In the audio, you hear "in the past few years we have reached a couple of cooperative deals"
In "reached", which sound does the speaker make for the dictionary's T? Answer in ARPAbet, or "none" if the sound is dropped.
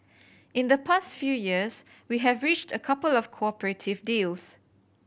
T